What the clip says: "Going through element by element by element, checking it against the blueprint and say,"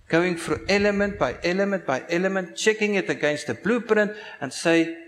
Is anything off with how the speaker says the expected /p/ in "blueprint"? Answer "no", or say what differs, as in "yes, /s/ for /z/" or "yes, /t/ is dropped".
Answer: no